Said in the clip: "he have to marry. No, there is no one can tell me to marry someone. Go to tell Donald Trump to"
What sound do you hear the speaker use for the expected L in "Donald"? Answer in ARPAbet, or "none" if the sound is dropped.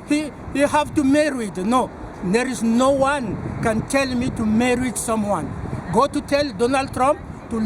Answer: L